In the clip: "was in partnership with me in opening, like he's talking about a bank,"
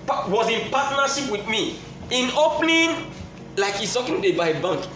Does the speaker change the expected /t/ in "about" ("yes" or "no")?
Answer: yes